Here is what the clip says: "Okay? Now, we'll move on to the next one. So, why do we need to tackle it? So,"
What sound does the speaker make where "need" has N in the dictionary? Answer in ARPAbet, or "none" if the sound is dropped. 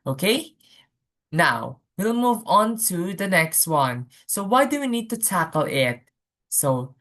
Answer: N